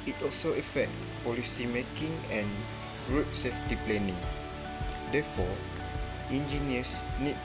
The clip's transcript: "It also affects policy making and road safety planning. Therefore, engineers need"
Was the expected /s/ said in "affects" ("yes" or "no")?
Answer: no